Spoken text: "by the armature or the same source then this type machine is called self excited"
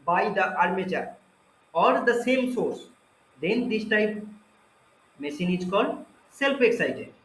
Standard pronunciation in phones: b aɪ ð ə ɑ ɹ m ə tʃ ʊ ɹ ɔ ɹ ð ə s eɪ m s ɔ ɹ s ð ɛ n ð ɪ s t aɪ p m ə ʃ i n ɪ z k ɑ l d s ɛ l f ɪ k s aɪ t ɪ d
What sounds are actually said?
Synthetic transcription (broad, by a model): b aɪ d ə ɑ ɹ m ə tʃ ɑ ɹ ɔ ɹ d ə s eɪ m s ɔ ɹ s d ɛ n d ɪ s t aɪ p m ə s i n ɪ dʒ k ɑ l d s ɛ l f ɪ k s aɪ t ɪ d